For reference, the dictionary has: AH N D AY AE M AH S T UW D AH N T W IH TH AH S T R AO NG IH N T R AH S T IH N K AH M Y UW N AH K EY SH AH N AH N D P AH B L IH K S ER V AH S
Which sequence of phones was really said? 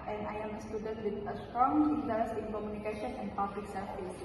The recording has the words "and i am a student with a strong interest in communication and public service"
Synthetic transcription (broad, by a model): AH N AY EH M AH S T UW D AH N T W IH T AH S T R AO NG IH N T AH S IH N K AH M Y UW N AH K EY SH AH N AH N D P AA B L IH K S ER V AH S